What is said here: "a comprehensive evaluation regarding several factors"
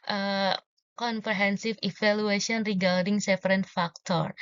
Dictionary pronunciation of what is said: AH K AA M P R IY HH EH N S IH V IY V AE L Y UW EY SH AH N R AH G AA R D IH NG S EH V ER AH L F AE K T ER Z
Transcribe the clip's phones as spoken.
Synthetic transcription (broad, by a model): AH K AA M P R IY HH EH N S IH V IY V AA L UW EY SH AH N R AH G AA R D IH NG S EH F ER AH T F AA K T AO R